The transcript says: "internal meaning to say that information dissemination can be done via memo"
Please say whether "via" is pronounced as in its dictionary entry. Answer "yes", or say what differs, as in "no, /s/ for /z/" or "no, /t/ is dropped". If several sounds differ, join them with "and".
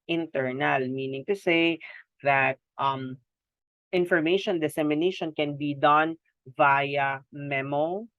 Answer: yes